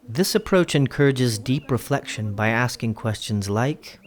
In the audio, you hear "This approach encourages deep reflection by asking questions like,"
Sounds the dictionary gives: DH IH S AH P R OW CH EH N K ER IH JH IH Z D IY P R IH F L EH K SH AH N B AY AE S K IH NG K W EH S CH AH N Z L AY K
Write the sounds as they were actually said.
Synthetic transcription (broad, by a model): DH IH S AH P R OW CH EH N K ER IH JH IH Z D IY P R IH F L EH K SH AH N B AY AE S K IH NG K W EH S CH AH N Z L AY K